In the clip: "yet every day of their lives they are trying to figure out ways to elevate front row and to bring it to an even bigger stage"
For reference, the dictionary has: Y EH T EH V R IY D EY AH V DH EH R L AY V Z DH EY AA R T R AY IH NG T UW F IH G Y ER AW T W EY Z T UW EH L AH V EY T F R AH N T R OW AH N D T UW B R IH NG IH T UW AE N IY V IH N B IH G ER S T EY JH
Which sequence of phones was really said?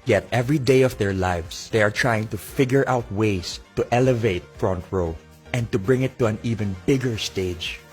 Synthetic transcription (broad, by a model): Y EH T EH V R IY D EY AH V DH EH R L AY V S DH EY AA R T R AY IH NG T UW F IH G Y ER AW T W EY S T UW EH L AH V EY T F R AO N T R OW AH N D T UW B R IH NG IH T UW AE N IY V IH N B IH G ER S T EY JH